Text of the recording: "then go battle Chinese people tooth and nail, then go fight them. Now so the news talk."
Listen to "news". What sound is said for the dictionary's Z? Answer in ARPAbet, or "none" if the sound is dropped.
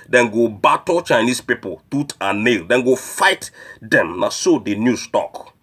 S